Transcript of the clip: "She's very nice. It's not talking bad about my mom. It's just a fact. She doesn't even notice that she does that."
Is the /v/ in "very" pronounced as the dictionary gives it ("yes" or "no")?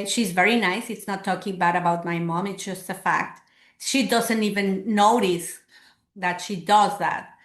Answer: yes